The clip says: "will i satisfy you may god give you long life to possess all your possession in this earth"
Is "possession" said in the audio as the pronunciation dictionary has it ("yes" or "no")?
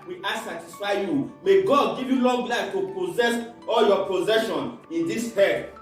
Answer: yes